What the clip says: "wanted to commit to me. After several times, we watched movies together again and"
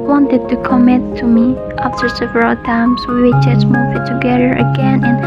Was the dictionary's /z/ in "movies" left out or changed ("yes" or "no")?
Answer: yes